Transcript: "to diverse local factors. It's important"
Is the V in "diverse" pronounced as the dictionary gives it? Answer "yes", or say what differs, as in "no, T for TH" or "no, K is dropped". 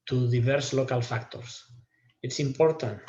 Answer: no, B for V